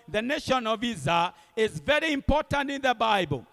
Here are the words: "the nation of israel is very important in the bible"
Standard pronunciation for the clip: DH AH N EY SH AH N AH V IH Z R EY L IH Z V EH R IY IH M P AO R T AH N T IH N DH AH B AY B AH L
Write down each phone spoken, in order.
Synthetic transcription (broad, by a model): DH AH N EY SH AH N AH V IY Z AA IH Z V EH R IY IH M P AO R T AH N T IH N DH AH B AY B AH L